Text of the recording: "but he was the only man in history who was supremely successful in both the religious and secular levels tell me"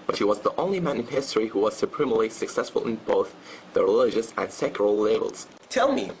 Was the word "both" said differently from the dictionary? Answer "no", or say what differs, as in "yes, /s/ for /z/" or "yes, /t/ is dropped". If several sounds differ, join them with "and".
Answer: no